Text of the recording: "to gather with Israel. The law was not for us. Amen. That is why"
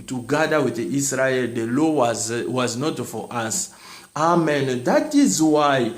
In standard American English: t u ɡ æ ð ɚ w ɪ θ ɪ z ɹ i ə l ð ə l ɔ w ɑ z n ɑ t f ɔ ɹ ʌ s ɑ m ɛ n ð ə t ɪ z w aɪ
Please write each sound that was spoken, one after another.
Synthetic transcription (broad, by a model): t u ɡ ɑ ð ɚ w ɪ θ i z ɹ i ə l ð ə l ɔ w ɑ z n ɑ t f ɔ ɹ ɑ s ɑ m ɛ n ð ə t ɪ z w aɪ